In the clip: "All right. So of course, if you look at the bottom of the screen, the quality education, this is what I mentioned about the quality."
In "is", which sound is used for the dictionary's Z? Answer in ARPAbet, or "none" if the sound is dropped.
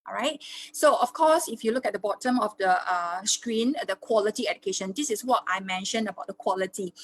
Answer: S